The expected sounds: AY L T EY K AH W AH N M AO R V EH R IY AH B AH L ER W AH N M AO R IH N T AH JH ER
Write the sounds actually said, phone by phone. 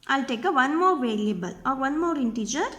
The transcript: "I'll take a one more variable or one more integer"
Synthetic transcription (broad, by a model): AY L T EY K AH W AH N M AO R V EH L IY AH B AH L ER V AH N M AO R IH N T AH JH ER